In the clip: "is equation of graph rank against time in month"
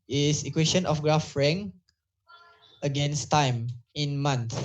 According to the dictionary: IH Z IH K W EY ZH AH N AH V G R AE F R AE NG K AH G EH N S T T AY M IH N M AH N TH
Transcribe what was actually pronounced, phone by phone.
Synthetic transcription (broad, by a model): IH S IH K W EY SH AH N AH F G R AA F R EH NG AH G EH N S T T AY M IH N M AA N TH